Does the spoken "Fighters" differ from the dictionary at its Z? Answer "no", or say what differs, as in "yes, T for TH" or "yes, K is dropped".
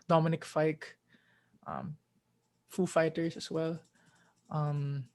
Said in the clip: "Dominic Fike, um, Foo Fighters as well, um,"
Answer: yes, S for Z